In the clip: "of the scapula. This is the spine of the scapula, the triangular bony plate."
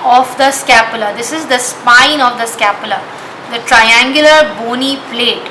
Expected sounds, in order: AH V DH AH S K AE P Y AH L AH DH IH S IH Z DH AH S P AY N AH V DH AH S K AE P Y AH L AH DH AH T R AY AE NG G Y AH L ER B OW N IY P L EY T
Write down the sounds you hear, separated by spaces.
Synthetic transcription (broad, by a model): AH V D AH S K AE P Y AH L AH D IH S IH Z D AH S P AY N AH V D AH S K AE P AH L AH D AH T R AY AE NG G Y AH L ER B OW N IY P L EY T